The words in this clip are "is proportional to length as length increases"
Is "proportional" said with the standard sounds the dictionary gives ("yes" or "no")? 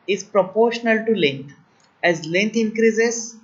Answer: yes